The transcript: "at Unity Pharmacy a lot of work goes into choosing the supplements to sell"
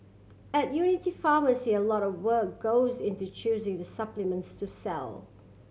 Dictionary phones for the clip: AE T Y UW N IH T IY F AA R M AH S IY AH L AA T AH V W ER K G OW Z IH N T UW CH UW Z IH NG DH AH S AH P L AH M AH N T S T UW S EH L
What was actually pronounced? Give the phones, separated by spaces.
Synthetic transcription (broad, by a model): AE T Y UW N IH T IY F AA M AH S IY AH L AA T AH V W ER K G OW Z IH N T UW CH UW Z IH NG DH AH S AH P L AH M AH N T S T UW S EH L